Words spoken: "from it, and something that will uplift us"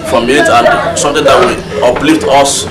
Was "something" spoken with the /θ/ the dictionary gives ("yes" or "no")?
no